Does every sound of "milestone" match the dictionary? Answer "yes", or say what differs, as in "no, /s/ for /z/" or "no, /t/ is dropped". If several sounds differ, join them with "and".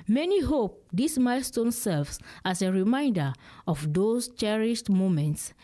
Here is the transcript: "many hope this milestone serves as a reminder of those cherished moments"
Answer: yes